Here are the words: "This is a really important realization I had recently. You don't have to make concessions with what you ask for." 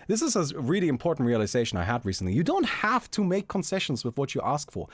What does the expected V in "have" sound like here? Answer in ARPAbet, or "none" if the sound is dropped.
F